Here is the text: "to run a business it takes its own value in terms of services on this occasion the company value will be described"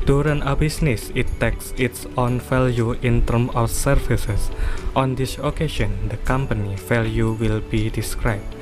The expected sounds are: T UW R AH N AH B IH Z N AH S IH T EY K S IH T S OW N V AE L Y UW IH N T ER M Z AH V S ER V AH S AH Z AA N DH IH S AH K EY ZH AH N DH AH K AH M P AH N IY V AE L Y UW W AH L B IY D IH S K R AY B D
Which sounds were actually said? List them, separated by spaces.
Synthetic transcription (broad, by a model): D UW R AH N AH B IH S N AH S IH T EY K S IH T S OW N F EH L Y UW IH N T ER M AH F S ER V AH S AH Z AA N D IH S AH K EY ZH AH N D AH K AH M P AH N IY F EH L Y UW W AH L B IY D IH S K R AY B